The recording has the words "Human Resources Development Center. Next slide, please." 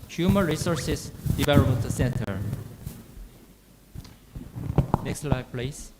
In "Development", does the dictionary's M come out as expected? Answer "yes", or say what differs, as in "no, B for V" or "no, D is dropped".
no, M is dropped